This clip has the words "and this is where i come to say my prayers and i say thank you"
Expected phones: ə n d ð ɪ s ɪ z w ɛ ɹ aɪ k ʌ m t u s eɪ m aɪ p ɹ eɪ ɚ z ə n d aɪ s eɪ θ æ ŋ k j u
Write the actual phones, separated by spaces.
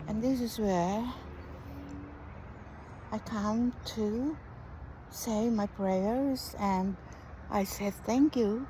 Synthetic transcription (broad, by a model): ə n ð ɪ s ɪ z w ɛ ɹ aɪ k ʌ m t u s eɪ m aɪ p ɹ eɪ ɚ z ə n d aɪ s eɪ θ æ ŋ k j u